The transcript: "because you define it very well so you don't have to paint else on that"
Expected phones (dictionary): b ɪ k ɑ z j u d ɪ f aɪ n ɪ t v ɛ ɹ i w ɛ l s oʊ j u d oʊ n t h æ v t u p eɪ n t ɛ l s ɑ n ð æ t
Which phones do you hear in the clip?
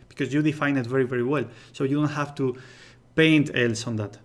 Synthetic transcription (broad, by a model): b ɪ k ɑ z j u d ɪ f aɪ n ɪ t v ɛ ɹ i w ɛ l s oʊ j u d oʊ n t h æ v t u p eɪ n t ɛ l s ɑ n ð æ t